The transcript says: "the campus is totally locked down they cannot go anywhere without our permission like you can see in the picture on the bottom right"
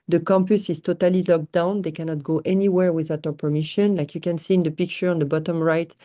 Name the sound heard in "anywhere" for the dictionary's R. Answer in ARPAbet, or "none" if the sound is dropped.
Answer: R